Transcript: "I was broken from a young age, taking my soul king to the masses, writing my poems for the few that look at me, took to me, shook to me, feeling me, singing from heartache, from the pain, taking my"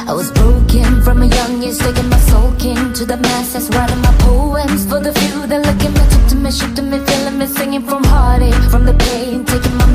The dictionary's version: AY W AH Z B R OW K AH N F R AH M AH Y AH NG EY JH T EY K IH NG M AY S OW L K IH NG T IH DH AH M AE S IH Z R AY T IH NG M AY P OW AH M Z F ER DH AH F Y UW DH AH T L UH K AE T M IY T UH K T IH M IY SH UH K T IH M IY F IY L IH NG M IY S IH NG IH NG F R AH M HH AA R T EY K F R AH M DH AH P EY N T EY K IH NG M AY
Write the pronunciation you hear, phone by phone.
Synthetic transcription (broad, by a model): AY W AH Z B R OW K AH N F R AH M AH Y AH NG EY Z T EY K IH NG M AY S OW L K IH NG T IH DH AH M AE S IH S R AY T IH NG M AY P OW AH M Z F ER DH AH F Y UW DH AH T L UH K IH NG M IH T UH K T IH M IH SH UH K T IH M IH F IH L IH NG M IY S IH NG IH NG F R AH M HH AA R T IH F R AH M DH AH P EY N T EY K IH NG M AY